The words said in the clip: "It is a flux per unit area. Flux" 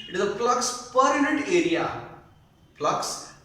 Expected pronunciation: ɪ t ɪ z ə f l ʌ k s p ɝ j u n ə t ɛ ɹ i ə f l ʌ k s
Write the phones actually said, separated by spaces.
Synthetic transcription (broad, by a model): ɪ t ɪ z ə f l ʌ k s p ɝ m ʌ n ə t ɛ ɹ i ə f l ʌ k s